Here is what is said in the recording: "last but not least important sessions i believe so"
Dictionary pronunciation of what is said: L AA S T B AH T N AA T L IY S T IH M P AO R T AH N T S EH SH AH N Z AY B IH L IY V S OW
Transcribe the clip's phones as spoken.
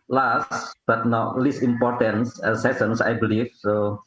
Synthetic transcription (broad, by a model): L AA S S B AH T N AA L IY S IH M P AO R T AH N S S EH S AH N S AY B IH L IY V S OW